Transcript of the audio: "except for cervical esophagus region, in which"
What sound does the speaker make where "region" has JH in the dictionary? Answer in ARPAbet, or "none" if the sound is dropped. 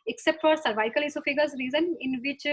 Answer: Z